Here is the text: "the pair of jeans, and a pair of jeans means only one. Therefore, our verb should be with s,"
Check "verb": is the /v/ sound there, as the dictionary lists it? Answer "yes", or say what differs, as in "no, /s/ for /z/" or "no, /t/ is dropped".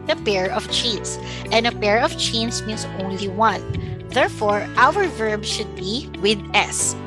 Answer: yes